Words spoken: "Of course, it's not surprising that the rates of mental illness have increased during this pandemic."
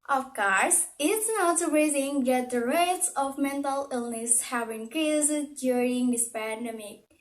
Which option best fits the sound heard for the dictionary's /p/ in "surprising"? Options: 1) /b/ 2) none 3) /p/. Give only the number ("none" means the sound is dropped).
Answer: 2